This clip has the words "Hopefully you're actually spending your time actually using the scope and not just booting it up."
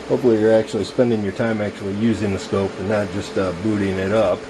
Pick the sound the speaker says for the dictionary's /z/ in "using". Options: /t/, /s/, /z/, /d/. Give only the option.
/z/